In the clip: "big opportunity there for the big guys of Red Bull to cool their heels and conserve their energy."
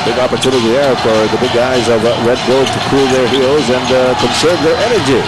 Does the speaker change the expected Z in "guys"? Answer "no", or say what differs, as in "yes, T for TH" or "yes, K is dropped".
no